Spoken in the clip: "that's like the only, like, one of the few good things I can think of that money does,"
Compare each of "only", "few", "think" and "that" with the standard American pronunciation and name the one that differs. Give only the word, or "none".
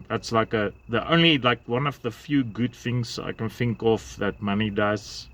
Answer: none